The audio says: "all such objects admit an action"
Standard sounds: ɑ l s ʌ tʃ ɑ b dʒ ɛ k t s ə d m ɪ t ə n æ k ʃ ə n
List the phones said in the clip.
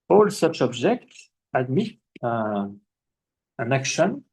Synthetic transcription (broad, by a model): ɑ l s ʌ tʃ ɑ b dʒ ɛ k t s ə d m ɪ t ə n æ k ʃ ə n